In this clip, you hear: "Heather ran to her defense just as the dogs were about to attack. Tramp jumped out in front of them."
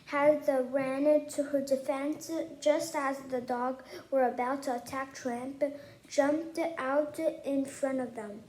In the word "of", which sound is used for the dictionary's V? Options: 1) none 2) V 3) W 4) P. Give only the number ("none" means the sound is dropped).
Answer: 2